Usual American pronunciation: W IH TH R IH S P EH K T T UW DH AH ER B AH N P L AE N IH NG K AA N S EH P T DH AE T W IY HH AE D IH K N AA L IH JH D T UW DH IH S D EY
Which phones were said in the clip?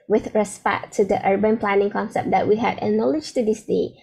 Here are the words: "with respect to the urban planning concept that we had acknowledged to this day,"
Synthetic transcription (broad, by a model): W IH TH R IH S P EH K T T UW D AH ER B AH N P L AE N IH NG K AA N S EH P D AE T W IY HH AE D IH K N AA L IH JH T UW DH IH S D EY